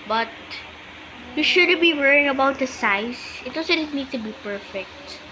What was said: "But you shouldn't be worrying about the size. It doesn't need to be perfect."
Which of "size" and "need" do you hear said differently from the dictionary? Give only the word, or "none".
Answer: size